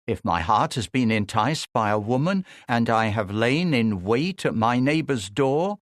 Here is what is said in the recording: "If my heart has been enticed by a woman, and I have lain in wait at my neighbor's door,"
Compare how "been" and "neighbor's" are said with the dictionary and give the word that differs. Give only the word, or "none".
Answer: none